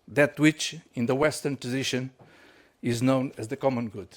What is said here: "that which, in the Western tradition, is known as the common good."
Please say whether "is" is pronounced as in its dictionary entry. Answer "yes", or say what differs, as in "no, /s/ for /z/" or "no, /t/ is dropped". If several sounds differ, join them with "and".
yes